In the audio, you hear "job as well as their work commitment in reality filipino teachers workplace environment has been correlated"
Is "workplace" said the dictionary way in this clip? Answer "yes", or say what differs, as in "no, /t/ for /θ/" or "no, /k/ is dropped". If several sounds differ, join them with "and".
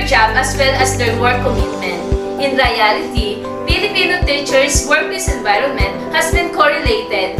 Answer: no, /p/ is dropped